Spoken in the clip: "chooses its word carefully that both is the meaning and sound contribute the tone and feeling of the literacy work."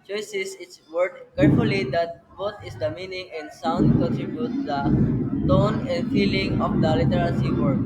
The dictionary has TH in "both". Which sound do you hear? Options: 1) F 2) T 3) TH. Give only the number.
2